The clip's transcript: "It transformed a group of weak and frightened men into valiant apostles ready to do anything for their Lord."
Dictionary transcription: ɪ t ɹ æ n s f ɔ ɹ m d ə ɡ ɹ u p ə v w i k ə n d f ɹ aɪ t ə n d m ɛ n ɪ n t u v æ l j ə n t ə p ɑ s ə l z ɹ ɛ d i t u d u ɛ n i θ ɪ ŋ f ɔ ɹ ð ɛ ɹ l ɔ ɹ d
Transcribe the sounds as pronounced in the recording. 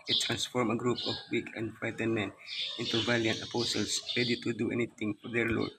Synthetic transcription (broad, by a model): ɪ t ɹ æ n s f ɔ ɹ m ə ɡ ɹ u p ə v w i k ə n d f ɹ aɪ t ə n m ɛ n ɪ n t u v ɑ l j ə n t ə p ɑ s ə l s ɹ ɛ d i t u d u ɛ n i t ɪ ŋ f ɔ ɹ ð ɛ ɹ l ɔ ɹ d